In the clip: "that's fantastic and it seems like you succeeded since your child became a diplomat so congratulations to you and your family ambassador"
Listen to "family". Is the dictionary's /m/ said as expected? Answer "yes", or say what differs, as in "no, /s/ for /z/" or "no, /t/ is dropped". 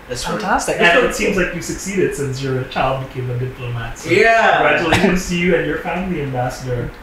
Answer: no, /m/ is dropped